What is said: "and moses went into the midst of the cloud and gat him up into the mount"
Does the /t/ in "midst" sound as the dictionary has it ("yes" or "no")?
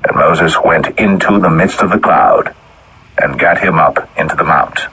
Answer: yes